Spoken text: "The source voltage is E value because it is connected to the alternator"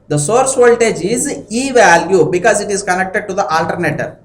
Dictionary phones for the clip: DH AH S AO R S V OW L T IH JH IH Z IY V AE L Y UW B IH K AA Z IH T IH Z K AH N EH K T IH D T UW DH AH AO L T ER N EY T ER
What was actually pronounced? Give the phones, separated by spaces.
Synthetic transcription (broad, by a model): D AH S AO R S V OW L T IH JH IH Z IY V AE L Y UW B IH K AA Z IH T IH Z K AH N EH K T IH D T UW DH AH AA L T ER N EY T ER